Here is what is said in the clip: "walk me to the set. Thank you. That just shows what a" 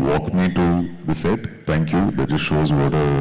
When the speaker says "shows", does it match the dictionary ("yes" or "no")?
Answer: yes